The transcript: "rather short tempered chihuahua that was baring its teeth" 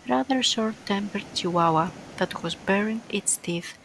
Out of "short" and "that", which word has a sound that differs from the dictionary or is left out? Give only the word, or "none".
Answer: short